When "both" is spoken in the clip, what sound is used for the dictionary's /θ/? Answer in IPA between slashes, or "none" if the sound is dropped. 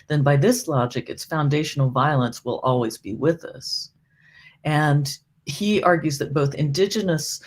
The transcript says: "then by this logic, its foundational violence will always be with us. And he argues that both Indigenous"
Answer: /θ/